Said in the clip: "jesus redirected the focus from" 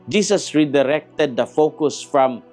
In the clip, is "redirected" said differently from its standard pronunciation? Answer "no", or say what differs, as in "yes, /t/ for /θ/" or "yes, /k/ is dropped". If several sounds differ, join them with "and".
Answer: no